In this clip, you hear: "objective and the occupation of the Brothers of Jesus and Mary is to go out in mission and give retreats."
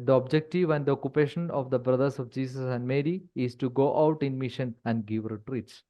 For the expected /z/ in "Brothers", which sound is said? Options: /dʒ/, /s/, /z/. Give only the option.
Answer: /s/